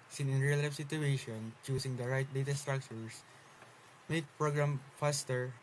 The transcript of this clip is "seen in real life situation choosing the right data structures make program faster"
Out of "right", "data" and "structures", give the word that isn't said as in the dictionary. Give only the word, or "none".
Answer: structures